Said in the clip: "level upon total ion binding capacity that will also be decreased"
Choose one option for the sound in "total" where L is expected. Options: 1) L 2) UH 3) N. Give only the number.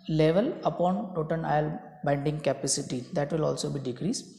3